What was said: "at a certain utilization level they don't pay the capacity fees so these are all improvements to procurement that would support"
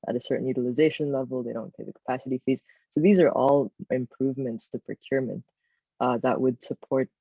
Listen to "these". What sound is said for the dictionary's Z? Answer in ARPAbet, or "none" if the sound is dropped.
Z